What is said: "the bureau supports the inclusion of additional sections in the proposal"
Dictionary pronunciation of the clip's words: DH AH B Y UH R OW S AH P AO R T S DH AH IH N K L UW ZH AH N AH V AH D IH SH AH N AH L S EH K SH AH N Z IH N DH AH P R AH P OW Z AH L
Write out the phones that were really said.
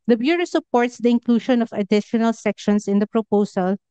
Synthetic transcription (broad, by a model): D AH B Y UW R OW S AH P AO R T S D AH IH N K L UW SH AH N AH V AH D IH SH AH N AH L S EH K SH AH N S IH N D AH P R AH P OW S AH L